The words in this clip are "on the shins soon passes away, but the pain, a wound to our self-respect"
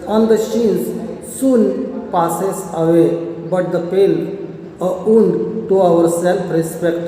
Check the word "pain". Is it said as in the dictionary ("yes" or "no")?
no